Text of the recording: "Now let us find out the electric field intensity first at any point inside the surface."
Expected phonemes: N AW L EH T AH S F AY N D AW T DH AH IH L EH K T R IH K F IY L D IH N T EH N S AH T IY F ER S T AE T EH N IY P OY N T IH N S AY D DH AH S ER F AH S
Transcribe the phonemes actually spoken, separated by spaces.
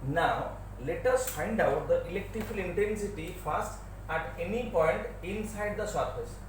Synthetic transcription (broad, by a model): N AW L EH T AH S F AY N D AW T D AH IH L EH K T R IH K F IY L IH N T EH N S AH T IY F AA S T AE T EH N IY P OY N T IH N S AY D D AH S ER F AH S